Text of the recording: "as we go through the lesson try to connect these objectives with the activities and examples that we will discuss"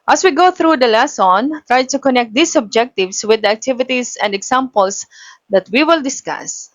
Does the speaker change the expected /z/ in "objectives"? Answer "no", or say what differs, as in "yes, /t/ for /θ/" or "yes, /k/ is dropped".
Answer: yes, /s/ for /z/